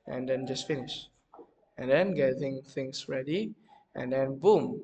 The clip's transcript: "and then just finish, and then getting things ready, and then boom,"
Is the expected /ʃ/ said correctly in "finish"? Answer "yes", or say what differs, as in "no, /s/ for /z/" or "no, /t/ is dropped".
yes